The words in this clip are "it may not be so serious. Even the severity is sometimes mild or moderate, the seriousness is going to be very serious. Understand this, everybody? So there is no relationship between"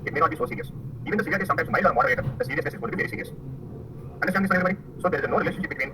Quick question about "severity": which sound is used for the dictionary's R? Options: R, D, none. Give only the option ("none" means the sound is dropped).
none